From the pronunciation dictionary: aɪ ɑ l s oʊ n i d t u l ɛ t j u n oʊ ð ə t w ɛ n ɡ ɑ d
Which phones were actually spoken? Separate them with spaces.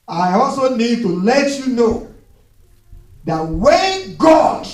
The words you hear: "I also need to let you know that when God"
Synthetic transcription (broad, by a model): aɪ ɑ l s oʊ n i d t u l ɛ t j u n oʊ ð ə t w ɛ n ɡ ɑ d